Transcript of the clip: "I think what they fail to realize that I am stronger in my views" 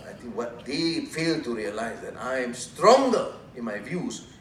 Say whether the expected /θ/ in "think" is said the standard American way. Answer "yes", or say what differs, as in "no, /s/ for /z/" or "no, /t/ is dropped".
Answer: no, /t/ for /θ/